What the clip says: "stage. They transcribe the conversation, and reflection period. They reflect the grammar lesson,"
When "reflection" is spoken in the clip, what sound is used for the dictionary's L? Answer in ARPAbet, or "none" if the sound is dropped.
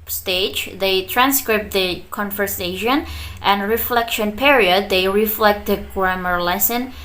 L